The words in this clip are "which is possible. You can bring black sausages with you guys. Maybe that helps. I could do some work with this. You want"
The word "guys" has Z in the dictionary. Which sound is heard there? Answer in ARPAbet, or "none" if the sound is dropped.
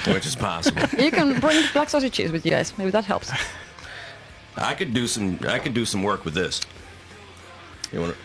S